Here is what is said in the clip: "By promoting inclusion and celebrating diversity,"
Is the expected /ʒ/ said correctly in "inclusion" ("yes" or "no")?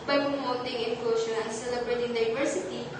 no